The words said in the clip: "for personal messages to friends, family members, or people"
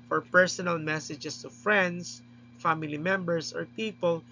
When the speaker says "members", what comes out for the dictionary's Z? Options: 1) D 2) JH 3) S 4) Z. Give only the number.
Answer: 3